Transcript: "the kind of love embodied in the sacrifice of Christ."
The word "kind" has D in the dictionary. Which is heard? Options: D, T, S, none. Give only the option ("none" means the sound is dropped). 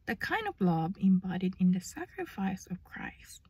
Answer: D